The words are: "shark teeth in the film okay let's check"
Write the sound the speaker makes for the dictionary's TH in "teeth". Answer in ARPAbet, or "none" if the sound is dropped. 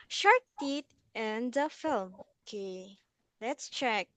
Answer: T